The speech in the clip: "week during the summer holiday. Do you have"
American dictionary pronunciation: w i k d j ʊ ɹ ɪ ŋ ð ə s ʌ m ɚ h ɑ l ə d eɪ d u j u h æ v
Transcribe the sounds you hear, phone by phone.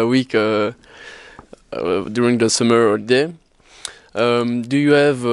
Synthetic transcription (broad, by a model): w i k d j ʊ ɹ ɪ ŋ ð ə s ʌ m ɚ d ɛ ə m d u j u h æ v